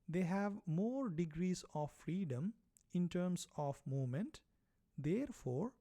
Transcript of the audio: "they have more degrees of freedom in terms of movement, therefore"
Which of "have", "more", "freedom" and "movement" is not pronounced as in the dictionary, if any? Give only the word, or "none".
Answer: movement